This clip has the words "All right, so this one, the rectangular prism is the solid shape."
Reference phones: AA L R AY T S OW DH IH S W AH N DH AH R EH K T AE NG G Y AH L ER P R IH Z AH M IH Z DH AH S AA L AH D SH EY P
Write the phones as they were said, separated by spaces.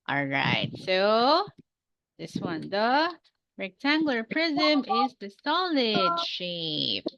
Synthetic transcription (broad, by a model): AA L R AY T S OW DH IH S W AH N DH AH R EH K T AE NG G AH L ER P R IH Z AH M IH Z DH AH S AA L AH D SH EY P